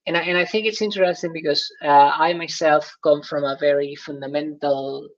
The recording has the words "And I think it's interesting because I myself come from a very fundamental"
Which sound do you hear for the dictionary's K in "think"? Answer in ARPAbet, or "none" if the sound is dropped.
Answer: K